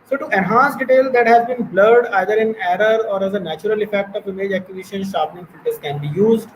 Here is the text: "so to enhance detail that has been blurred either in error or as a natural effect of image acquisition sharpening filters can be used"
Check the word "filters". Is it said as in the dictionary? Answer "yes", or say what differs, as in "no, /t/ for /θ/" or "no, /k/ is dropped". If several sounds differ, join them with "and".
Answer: no, /l/ is dropped